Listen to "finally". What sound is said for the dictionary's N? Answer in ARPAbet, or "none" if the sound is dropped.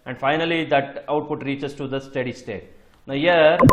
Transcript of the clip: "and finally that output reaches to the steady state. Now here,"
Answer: N